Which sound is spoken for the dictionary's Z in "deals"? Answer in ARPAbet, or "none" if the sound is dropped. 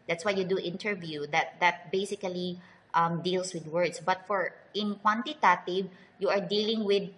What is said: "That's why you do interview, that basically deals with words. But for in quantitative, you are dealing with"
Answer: S